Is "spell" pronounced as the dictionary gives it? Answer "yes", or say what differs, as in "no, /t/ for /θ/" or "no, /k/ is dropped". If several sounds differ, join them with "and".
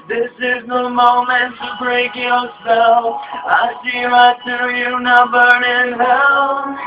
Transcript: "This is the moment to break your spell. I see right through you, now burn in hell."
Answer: no, /p/ is dropped